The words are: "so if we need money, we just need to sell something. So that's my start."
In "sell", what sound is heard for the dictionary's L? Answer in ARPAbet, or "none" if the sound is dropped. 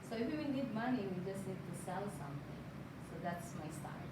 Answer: L